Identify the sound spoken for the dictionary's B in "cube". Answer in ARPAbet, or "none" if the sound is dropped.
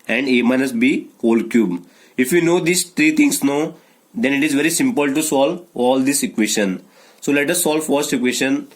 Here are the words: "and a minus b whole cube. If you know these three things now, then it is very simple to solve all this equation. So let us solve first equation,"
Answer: B